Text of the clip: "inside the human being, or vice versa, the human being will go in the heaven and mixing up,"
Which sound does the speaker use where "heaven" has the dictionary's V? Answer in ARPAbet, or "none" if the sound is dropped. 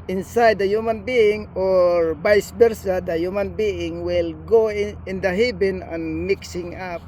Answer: B